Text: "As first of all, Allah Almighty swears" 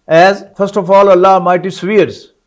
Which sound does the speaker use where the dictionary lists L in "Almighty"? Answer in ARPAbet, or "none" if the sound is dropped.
none